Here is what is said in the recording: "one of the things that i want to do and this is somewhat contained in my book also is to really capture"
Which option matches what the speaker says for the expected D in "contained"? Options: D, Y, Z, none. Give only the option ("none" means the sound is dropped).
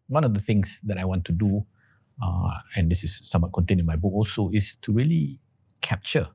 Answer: none